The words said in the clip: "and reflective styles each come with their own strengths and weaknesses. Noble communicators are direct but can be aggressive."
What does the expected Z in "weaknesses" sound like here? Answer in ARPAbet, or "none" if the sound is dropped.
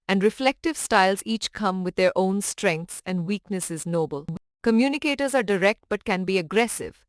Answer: Z